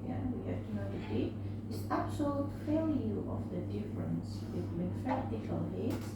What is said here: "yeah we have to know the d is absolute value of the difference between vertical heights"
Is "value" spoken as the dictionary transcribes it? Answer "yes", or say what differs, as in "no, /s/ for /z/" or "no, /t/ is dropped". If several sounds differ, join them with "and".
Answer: no, /f/ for /v/